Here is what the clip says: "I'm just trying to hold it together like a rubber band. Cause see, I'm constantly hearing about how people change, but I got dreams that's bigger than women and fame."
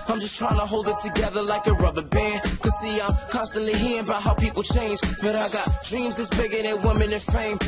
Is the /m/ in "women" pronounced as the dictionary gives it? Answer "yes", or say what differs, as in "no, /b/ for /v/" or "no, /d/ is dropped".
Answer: yes